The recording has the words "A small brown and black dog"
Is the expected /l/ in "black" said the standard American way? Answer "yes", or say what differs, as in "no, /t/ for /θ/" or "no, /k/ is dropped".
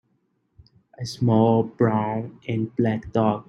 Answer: yes